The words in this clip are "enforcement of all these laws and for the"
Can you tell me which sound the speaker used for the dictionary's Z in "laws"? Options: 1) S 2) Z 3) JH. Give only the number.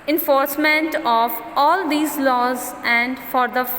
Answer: 2